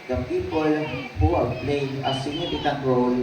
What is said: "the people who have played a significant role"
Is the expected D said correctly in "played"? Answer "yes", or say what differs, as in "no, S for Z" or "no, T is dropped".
no, D is dropped